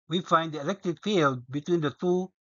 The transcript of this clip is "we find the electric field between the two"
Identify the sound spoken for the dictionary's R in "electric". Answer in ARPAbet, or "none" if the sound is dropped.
none